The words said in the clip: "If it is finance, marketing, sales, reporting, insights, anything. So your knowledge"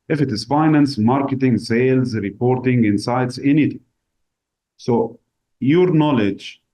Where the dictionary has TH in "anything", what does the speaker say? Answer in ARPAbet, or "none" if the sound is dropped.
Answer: T